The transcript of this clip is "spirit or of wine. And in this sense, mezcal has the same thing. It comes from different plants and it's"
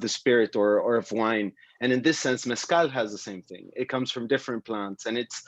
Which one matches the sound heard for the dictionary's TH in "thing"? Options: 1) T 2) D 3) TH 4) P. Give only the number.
3